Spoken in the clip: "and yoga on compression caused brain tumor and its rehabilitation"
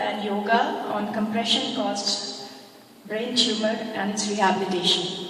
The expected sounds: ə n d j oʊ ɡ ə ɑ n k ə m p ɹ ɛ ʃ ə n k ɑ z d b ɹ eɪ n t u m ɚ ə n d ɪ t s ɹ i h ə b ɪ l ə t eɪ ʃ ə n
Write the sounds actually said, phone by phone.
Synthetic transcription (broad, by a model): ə n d j oʊ ɡ ə ɑ n k ə m p ɹ ɛ ʃ ə n k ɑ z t b ɹ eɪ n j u m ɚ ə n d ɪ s ɹ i h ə b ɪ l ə t eɪ ʃ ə n